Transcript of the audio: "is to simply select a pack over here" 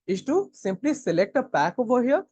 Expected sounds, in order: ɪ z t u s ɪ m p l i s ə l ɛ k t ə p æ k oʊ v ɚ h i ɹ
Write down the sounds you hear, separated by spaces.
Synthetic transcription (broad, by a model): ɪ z t u s ɪ m p l i s ə l ɛ k t ə p æ k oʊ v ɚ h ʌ